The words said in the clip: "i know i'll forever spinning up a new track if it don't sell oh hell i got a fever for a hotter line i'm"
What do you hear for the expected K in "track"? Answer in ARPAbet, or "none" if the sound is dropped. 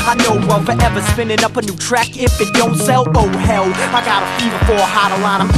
K